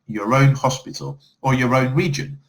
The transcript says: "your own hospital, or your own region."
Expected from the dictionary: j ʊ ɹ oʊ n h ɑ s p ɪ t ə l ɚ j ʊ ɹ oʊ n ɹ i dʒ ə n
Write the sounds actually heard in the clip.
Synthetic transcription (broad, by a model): j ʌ ɹ oʊ n h ɑ s p ɪ t ə l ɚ j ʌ ɹ oʊ n ɹ i dʒ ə n